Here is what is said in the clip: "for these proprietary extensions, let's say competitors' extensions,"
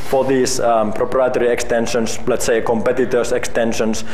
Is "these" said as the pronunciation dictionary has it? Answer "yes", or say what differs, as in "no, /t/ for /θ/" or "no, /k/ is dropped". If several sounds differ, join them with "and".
no, /s/ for /z/